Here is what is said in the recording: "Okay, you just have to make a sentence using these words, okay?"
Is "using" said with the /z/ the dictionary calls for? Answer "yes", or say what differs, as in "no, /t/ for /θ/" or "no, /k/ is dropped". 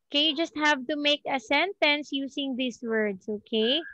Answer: no, /s/ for /z/